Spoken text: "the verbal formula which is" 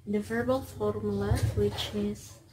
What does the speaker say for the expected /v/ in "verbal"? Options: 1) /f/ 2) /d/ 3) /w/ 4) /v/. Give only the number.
4